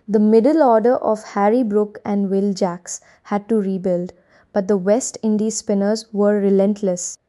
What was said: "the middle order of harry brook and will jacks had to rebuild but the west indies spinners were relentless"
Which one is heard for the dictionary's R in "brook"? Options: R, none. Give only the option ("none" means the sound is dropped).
R